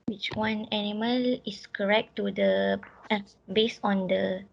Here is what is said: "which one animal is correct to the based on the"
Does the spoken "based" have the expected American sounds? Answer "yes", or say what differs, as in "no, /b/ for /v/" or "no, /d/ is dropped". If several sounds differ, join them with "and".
no, /t/ is dropped